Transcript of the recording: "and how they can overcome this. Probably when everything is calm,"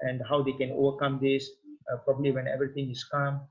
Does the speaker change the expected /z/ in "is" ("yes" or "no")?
yes